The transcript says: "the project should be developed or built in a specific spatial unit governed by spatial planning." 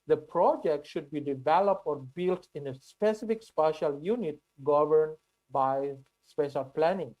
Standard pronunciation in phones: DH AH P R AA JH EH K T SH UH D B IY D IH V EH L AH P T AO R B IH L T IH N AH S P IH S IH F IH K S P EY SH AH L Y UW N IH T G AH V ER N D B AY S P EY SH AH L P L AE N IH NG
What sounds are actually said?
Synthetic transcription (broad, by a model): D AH P R AA JH EH K T SH UH D B IY D IH V EH L AH P T AO R B IH L T IH N AH S P IH S IH F IH K S P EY SH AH L Y UW N IH T G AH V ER N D B AY S P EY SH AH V P L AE N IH NG